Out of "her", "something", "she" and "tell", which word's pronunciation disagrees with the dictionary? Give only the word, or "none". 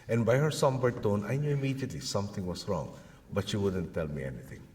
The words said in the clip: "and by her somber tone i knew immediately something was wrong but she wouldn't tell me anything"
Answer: something